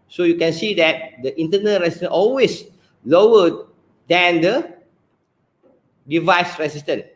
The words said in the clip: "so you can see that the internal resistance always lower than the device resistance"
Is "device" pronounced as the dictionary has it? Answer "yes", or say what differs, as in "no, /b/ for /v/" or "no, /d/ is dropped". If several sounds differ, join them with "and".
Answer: yes